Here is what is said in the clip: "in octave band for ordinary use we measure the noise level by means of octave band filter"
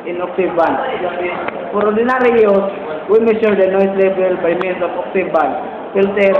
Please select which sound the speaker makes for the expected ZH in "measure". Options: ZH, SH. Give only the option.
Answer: SH